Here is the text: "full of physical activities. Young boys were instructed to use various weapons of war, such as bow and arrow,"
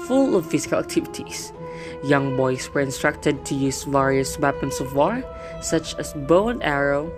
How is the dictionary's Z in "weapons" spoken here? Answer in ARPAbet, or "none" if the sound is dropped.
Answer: S